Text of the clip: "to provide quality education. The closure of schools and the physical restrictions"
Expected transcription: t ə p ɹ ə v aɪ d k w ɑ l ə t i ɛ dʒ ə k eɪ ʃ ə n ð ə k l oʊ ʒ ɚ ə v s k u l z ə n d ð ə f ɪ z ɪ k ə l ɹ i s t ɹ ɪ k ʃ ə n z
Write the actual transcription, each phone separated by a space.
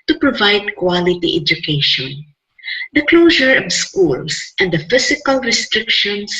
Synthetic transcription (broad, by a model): t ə p ɹ ə v aɪ d k w ɑ l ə t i ɛ dʒ ə k eɪ ʃ ə n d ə k l oʊ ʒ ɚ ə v s k u l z ə n d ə f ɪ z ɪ k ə l ɹ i s t ɹ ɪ k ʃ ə n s